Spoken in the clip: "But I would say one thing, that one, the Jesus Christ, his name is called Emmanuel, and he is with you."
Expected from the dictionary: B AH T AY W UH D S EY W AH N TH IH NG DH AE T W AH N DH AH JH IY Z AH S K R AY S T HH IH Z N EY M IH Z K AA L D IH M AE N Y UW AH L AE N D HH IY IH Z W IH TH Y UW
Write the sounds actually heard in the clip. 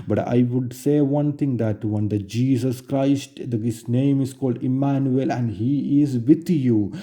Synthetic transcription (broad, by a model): B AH T AY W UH D S EY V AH N T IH NG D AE T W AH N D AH JH IY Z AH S K R AY S T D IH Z N EY M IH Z K AA L D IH M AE N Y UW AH L AE N D HH IY IH Z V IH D Y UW